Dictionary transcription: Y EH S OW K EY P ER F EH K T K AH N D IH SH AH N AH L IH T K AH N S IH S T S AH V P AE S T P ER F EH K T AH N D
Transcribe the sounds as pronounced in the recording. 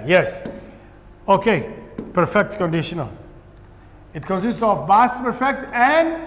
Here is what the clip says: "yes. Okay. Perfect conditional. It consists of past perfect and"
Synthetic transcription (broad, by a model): Y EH S OW K EY P ER F EH K T K AH N D IH SH AH N AH L IH T K AH N S IH S T S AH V B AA S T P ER F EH K T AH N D